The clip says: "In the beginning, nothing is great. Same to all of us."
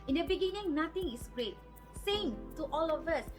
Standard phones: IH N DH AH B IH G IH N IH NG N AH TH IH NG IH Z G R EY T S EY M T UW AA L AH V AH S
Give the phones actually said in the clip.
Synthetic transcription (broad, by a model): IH N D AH B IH G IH N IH NG N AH T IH NG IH S G R EY T S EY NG T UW AA L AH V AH S